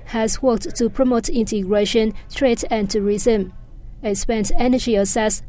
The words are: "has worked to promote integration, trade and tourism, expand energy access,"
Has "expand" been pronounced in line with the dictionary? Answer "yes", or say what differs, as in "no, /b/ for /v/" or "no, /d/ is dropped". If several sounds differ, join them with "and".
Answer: no, /k/ is dropped